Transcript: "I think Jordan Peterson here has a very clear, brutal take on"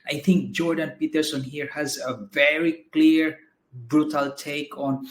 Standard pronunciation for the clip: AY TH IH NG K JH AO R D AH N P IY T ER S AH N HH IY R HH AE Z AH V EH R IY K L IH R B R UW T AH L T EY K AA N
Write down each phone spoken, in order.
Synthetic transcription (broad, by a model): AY T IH NG K JH AO R D AH N P IY T ER S AH N HH IY R HH AE Z AH V EH R IY K L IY R B R UW T AH L T EY K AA N